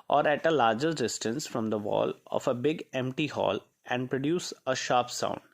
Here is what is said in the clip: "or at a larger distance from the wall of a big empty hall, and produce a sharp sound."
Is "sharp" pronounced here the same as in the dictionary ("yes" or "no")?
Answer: yes